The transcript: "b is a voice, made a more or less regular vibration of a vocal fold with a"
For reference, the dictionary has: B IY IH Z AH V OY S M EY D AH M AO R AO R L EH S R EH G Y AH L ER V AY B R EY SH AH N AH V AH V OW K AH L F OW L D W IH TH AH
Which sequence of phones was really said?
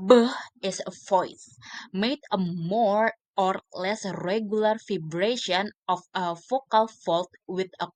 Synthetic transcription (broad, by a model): B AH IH S AH F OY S M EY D AH M AO R AO R L EH S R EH G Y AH L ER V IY B R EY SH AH N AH F AH F OW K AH L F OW L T W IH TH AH